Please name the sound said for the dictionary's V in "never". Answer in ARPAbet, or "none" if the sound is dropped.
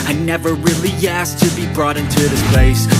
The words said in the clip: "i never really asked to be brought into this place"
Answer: V